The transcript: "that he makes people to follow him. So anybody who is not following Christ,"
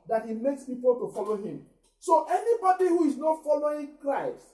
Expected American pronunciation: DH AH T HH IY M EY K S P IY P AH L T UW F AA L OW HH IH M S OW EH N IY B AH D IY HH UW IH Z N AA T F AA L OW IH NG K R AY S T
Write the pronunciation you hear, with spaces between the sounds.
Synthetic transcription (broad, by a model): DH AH T HH IY M EY K S P IY P AH L T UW F AA L OW HH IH M S OW EH N IY B AH D IY HH UW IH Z N AA T F AA L OW IH NG K R AY S T